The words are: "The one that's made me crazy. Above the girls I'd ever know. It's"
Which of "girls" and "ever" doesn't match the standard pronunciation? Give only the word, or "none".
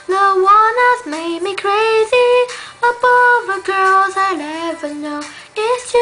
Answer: none